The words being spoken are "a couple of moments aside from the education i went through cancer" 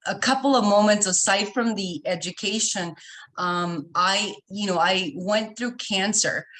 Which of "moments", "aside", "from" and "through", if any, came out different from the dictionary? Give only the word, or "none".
none